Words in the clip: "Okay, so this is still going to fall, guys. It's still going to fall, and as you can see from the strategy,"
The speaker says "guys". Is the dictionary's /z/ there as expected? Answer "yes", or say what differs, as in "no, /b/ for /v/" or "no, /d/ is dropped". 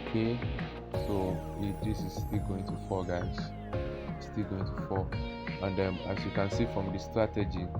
no, /z/ is dropped